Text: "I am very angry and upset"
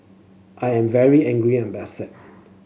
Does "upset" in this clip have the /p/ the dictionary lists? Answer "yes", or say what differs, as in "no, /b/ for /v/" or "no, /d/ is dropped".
no, /p/ is dropped